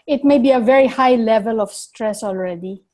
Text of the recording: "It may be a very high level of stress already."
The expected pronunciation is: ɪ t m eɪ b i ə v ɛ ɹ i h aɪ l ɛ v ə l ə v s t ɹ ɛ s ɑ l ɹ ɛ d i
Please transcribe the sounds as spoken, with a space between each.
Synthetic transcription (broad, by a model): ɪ t m eɪ b i ə v ɛ ɹ i h aɪ l ɛ v ə l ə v s t ɹ ɛ s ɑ l ɹ ɛ d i